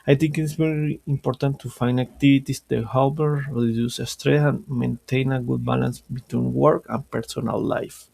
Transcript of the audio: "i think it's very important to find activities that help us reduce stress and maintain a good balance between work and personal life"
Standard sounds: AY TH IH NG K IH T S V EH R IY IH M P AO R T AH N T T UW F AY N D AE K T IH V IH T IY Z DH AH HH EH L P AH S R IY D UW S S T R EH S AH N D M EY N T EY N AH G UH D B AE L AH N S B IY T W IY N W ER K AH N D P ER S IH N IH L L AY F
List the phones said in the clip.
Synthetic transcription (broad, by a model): AY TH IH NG K IH T S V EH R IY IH M P AO R T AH N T T UW F AY N D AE K T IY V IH T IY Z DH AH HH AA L B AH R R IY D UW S S T R EH S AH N M EY N T EY N AH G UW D B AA L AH N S B IY T W IY N W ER K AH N P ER S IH N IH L L AY F